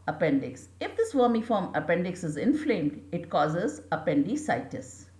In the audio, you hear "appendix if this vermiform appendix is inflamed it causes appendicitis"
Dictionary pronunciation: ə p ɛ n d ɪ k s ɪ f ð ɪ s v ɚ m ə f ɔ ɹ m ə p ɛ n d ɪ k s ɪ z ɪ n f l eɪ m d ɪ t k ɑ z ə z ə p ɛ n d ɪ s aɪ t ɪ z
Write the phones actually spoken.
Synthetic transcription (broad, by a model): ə p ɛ n d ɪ k s ɪ f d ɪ s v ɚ m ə f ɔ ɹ m ə p ɛ n d ɪ k s ɪ z ɪ n f l eɪ m d ɪ t k ɑ z ə z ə p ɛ n d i s aɪ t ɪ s